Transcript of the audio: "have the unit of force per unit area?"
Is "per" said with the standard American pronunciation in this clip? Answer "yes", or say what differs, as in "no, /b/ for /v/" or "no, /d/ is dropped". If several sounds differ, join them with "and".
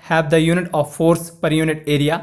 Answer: yes